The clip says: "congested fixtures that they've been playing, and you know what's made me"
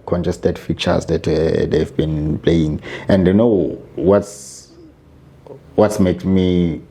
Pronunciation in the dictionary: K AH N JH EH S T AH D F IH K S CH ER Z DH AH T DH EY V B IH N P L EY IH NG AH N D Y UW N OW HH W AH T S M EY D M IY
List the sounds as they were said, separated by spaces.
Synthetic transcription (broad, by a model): K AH N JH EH S T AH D F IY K CH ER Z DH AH T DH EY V B IH N P L EY IH NG AH N D Y UW N OW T W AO T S M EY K M IY